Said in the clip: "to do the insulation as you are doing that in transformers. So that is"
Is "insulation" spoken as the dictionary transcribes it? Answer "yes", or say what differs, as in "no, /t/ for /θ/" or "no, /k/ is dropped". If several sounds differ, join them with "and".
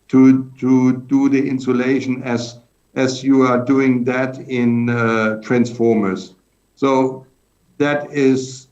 yes